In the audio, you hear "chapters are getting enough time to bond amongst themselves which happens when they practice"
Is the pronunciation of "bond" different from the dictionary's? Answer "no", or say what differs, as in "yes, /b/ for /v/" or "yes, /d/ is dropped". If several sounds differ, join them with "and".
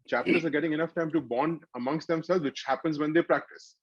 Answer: no